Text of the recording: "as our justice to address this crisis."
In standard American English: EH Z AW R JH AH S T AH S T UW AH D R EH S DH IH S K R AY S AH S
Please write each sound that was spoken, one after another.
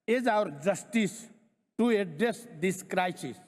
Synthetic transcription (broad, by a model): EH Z AW R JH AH S T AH S T UW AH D EH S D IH S K R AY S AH S